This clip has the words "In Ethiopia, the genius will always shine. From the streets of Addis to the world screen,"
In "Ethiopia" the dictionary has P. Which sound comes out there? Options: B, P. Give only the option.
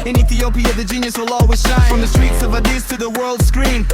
P